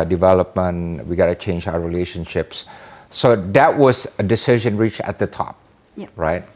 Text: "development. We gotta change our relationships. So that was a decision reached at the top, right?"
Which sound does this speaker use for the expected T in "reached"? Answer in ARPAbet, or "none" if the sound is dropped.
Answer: none